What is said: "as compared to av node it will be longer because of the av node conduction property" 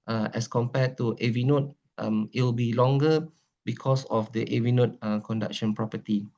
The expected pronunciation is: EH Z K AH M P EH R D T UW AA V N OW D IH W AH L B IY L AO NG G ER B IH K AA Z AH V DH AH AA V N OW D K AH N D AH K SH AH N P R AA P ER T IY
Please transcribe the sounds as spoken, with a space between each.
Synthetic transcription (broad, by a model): EH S K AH M P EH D T UW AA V N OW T IH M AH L B IY L AO NG G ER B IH K AA S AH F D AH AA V N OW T K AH N D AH K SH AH N P R AA P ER T IY